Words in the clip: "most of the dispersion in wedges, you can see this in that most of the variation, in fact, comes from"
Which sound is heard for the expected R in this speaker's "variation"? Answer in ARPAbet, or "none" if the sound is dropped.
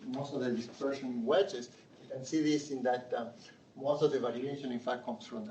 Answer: L